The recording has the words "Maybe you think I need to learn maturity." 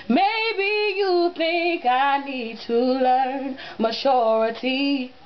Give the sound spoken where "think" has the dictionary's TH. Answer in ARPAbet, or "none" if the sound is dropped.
TH